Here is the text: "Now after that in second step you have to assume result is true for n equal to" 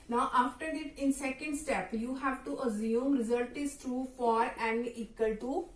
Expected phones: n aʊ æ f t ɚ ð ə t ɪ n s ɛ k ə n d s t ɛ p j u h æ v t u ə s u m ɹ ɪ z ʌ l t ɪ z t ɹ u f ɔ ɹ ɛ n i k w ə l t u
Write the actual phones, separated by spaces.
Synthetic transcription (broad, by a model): n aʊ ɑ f t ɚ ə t ɪ n s ɛ k ə n d s t ɛ p j u h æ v t u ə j u m ɹ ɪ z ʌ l t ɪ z t ɹ u f ɔ ɹ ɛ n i k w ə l t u